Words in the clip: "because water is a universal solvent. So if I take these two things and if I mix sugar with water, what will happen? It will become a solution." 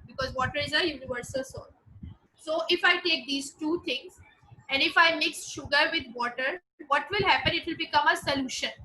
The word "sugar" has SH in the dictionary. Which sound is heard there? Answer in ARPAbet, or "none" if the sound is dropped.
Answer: SH